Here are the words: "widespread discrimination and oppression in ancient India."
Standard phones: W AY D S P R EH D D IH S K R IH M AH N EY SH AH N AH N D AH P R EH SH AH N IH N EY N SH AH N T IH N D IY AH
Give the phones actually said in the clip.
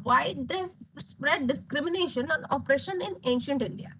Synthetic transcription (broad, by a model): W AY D S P R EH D D IH S K R IH M AH N EY SH AH N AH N AH P R EH SH AH N IH N EY N SH AH N T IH N D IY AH